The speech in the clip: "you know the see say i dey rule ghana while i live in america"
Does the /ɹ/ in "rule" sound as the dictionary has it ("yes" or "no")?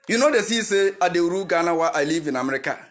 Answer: no